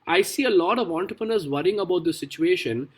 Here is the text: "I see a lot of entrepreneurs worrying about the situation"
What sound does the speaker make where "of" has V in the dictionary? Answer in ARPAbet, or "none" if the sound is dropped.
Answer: V